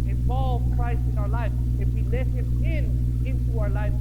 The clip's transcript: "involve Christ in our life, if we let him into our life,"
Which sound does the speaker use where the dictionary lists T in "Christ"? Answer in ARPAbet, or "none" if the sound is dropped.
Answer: none